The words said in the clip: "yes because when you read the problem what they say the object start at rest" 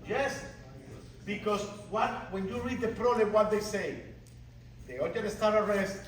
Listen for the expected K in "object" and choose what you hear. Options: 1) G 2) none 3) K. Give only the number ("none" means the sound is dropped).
2